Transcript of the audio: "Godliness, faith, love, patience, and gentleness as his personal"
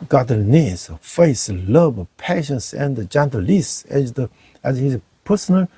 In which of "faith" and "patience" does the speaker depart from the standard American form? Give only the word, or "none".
faith